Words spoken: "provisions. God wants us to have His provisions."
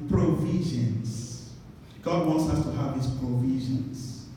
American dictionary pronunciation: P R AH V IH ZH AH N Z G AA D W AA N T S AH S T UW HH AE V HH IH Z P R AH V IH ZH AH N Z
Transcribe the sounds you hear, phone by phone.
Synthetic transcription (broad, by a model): P R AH V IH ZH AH N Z G AA D W AA N T S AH S T UW HH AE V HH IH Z P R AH V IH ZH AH N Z